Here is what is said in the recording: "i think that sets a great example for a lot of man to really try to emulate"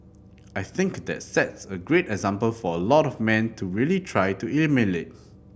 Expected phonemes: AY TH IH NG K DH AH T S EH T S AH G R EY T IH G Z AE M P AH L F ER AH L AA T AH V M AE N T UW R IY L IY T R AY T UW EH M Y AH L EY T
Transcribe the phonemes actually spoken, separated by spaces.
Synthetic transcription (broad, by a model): AY TH IH NG K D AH T S EH T S AH G R EY T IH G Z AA M P AH L F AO AH L AA T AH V M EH N T UW R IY L IY T R AY T UW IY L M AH N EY T